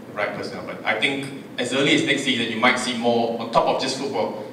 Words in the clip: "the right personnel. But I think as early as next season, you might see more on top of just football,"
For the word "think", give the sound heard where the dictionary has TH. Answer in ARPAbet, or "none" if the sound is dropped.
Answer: T